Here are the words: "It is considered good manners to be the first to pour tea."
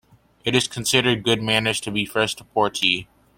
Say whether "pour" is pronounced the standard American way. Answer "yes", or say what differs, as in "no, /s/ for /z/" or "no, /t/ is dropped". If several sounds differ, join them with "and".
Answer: yes